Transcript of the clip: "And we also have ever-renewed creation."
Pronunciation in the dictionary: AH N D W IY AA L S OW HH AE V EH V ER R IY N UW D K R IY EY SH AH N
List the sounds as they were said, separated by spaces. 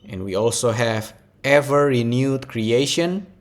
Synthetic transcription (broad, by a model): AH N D W IY AA L S OW HH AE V EH V ER R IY N UW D K R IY EY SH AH N